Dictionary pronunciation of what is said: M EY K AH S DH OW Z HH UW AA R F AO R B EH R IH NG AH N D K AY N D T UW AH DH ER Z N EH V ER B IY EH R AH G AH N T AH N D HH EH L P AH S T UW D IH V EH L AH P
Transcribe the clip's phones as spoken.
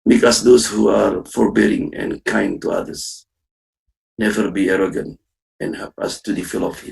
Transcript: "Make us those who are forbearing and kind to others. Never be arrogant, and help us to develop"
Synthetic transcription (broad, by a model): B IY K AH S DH OW S HH UW AA R F AO R B EH R IH NG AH N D K AY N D T UW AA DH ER S N EH V ER B IY EH R AH G AH N T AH N HH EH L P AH S T UW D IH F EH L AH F